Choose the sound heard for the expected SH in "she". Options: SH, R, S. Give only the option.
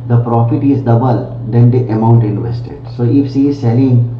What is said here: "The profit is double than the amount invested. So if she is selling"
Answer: S